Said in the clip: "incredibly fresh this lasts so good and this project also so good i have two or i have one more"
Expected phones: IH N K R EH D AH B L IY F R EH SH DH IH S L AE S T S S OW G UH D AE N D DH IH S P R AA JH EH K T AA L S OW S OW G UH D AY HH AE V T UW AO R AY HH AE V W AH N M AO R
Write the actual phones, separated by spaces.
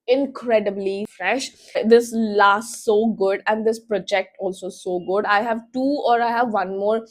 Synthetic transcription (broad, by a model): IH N K R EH D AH B L IY F R EH SH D IH S L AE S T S S OW G UH D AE N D IH S P R AA JH EH K T AA L S OW S OW G UH D AY HH AE V T UW AO R AY HH AE V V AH N M AO R